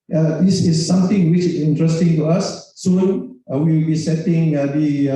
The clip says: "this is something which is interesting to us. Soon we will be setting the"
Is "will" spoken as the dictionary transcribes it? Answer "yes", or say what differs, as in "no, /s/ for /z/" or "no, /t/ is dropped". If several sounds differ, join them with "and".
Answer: no, /w/ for /l/